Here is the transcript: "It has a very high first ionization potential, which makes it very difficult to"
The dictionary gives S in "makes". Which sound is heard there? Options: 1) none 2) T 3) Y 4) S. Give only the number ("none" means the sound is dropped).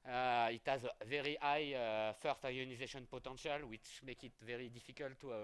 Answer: 1